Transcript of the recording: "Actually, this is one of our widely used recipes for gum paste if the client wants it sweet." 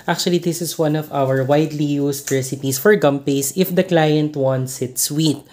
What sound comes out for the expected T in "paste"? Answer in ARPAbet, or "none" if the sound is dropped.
none